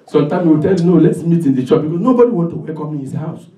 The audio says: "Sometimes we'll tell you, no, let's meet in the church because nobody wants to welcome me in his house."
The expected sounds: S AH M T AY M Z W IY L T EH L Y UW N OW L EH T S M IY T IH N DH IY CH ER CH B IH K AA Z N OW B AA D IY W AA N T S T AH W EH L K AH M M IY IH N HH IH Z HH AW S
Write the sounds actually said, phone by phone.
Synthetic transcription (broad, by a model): S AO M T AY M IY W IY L T EH L Y UW N OW L EH T S M IY T IH N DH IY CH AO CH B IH K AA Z N OW B AA D IY W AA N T T AH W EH K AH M M IY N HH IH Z HH AW S